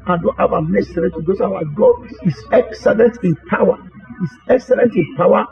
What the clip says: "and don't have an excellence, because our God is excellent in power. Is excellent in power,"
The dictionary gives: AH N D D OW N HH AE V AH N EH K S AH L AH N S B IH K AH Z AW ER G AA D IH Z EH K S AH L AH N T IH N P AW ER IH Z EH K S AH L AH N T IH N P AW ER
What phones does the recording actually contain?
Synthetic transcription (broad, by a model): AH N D D OW N HH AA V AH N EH S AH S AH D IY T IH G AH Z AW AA G AA D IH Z EH K S AH L AH N T IH N P AW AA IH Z EH K S AH L AH N T IH N P AW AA